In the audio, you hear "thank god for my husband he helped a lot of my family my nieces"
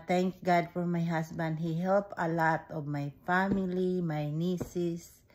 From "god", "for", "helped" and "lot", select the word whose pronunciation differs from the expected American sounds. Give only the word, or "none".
helped